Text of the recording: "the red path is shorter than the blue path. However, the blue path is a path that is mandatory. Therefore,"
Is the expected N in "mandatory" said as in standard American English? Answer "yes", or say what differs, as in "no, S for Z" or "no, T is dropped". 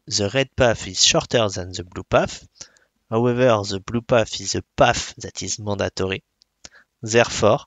no, N is dropped